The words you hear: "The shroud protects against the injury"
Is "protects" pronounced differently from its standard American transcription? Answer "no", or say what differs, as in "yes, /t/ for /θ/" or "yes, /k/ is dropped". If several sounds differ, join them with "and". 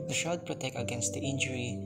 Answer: yes, /s/ is dropped